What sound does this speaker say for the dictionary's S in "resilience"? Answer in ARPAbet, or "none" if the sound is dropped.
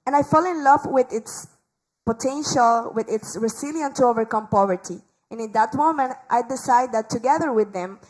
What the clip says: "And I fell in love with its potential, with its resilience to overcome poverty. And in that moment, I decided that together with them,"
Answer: none